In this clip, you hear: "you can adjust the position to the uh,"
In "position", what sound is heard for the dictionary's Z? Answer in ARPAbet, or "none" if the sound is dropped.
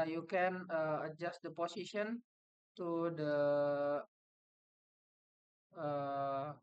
S